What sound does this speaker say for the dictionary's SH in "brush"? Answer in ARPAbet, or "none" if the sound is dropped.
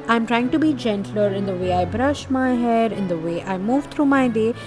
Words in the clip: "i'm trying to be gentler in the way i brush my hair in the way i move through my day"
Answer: SH